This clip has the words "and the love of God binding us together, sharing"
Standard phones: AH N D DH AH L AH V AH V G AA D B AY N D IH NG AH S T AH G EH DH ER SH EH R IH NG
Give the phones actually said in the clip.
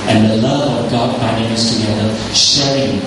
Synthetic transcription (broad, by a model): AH N DH AH L AH V AH V G AA D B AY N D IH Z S T AH G EH DH ER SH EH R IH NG